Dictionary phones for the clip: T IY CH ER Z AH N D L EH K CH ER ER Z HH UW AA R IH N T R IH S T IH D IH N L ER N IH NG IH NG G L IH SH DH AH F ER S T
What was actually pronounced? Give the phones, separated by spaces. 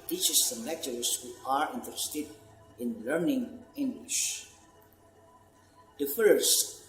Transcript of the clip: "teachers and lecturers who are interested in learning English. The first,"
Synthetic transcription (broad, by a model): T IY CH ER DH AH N L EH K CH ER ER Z HH UW AA R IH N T IH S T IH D IH N L ER N IH NG IH NG G L IH SH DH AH F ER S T